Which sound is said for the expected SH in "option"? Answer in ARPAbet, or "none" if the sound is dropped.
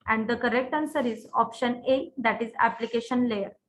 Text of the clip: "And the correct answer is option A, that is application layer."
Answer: SH